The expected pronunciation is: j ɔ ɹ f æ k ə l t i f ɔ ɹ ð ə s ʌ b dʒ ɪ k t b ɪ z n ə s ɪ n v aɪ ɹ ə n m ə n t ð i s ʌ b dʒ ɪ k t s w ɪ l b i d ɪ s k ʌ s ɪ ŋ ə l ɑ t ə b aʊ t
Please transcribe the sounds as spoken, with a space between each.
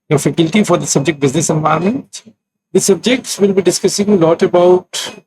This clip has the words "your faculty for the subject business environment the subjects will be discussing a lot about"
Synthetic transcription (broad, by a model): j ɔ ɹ f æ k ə l t i f ɔ ɹ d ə s ʌ b dʒ ɪ k t b ɪ z n ə s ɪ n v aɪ ə m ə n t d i s ʌ b dʒ ɪ k t s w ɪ l b i d ɪ s k ʌ s ɪ ŋ ə l ɑ t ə b aʊ t